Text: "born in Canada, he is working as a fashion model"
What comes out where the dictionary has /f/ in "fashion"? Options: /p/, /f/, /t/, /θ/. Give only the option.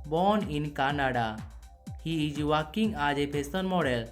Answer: /p/